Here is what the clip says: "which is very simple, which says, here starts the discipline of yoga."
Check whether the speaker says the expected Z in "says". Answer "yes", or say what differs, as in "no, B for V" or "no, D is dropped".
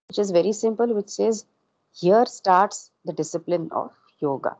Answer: yes